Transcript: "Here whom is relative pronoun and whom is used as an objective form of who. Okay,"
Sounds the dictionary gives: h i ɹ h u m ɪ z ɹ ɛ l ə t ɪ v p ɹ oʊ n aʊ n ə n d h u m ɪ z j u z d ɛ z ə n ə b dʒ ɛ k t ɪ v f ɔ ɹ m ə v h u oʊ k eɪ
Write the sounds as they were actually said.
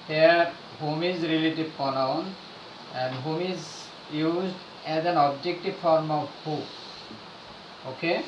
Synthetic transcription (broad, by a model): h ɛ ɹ h u m ɪ z ɹ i l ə t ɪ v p oʊ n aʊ n ə n d h u m ɪ z j u z d ɛ z ə n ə b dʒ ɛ k t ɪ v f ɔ ɹ m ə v h u oʊ k eɪ